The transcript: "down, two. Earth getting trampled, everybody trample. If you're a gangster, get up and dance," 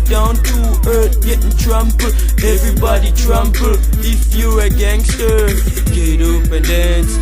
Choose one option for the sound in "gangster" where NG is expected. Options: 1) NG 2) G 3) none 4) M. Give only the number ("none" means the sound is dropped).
1